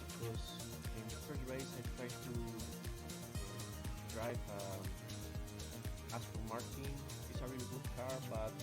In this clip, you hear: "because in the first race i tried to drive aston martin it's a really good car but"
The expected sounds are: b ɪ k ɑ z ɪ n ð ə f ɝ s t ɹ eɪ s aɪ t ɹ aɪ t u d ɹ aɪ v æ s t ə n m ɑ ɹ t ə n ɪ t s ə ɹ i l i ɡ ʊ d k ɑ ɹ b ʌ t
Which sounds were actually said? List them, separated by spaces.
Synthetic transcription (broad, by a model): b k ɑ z ɪ n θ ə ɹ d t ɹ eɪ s aɪ t ɹ aɪ t u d ɹ aɪ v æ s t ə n m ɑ ɹ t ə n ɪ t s ə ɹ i i ɡ ʊ d k ɑ ɹ b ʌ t